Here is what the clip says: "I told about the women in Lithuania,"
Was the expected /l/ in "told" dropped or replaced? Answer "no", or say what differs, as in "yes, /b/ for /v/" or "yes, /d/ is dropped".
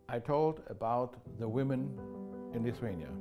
no